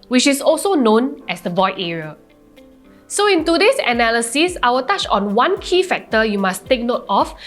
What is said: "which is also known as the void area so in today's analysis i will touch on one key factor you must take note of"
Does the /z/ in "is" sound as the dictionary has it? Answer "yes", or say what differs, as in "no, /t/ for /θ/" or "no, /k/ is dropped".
no, /s/ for /z/